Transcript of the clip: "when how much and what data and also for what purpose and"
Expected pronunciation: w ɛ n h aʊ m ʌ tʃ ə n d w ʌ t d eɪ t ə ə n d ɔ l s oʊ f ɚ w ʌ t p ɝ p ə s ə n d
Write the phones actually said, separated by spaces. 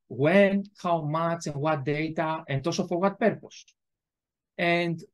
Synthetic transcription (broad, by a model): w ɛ n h aʊ m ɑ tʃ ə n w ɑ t d eɪ t ə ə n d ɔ s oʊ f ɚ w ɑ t p ɝ p ə s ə n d